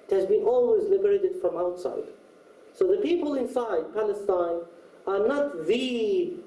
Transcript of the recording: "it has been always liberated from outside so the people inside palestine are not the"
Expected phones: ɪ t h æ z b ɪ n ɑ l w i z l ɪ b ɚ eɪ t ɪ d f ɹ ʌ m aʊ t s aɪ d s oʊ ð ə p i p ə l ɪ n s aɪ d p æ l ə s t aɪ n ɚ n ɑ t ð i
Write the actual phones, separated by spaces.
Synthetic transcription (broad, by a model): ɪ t h æ z b ɪ n ɑ l w i z l ɪ b ɚ eɪ t ɪ d f ɹ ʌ m aʊ t s aɪ d s oʊ ð ə p i p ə l ɪ n s aɪ d p æ l ə s t aɪ n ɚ n ɑ t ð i